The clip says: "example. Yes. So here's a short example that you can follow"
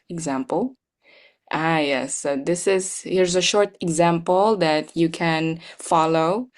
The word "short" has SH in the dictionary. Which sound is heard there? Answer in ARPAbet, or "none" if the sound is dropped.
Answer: SH